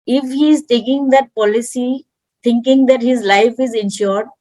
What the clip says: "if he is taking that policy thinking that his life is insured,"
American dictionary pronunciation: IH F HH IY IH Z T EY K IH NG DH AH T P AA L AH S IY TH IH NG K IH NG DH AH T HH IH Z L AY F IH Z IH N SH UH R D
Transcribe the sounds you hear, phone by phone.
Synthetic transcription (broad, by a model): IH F HH IY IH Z T EY K IH NG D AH T P AA L AH S IY T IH NG K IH NG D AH T HH IH Z L AY F IH Z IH N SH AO R D